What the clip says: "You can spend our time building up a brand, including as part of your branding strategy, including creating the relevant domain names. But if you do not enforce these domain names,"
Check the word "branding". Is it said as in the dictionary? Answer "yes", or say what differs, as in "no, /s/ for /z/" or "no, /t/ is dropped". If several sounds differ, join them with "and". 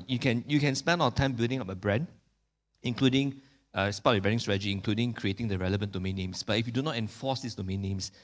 no, /ɹ/ is dropped